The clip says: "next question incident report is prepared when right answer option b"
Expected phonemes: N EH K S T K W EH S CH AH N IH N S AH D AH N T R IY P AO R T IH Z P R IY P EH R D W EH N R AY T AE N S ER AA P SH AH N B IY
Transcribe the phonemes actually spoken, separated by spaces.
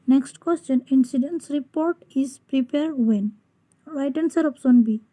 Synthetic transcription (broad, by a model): N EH K S T K W EH S CH AH N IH N S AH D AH N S R IY P AO R T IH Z P R IY P EH R D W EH N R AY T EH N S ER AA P S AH N B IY